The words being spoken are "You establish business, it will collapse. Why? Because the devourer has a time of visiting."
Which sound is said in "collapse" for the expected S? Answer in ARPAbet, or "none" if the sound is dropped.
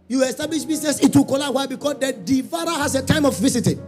none